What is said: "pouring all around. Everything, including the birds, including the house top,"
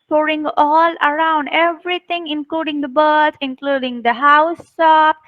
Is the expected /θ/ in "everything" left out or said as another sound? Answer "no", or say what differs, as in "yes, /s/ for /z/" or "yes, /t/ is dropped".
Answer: yes, /t/ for /θ/